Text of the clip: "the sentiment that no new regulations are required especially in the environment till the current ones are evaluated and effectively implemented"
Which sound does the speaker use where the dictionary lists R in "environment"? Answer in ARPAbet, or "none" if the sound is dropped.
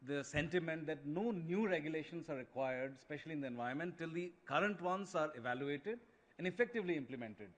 none